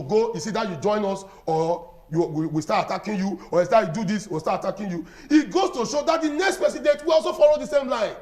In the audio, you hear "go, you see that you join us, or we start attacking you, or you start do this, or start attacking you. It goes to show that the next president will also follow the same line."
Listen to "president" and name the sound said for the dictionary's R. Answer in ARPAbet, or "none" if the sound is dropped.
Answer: none